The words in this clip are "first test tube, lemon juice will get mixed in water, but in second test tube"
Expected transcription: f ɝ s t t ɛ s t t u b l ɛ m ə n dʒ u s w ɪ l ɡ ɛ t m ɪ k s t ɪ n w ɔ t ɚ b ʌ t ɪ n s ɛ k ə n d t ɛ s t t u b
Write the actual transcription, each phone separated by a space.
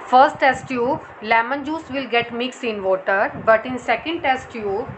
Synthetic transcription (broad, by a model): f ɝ s t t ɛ s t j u l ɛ m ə n dʒ u s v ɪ l ɡ ɛ t m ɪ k s ɪ n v ɔ t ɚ b ʌ t ɪ n s ɛ k ə n d t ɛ s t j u